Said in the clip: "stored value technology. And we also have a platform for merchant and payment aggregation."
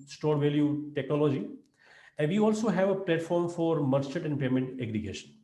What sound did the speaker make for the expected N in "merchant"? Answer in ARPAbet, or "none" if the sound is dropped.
none